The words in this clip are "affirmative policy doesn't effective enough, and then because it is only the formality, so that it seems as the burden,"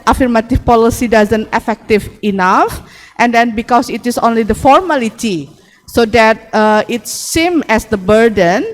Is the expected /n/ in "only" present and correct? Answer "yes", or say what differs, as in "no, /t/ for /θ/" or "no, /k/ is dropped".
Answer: yes